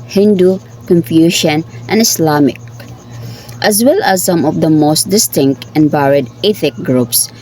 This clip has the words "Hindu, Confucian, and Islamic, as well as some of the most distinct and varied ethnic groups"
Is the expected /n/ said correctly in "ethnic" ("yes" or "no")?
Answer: no